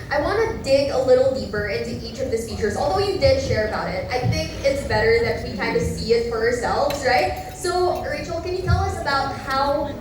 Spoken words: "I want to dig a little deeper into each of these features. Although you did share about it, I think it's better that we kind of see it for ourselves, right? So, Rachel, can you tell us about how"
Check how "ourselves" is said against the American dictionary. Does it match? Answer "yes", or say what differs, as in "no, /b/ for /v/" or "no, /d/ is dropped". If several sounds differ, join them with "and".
yes